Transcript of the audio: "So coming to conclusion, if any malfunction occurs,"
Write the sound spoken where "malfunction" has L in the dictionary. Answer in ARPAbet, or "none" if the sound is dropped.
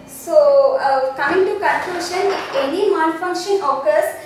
N